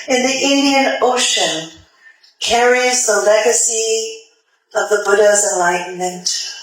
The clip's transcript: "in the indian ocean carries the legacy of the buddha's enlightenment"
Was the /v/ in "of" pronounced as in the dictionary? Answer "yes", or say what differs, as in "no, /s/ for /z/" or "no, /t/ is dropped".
yes